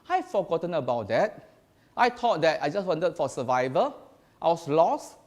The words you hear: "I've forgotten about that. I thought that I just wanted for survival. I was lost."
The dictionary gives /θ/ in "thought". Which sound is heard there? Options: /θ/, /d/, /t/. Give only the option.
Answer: /t/